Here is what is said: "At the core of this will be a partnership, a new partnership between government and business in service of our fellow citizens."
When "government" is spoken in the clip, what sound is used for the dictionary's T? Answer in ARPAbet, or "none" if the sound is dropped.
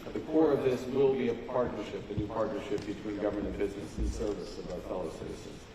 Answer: none